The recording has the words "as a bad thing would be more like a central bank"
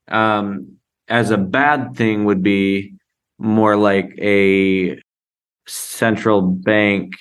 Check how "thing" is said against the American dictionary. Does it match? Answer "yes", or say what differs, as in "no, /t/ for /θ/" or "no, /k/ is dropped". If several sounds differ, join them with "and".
yes